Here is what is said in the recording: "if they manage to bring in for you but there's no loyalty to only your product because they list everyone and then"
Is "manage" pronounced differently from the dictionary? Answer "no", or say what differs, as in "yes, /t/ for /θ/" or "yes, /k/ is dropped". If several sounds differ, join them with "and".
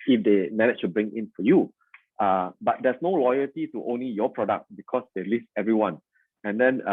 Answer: yes, /tʃ/ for /dʒ/